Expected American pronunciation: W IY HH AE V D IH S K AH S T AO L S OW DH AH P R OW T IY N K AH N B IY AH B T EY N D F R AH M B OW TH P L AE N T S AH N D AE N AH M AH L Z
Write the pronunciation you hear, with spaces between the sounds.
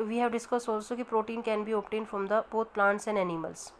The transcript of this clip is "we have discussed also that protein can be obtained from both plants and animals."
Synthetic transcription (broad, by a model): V IY HH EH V D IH S K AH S AO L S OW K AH P R OW T IY N K AH N B IY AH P T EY N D F R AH M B OW T P L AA N T S AH N D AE N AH M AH L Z